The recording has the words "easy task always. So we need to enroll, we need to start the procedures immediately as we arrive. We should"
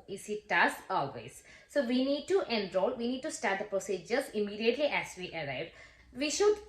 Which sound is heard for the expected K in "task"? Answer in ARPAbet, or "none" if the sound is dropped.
none